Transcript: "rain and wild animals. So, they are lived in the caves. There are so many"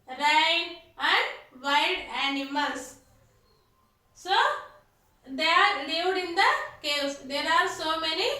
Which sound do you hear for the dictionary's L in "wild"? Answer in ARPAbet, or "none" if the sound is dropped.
none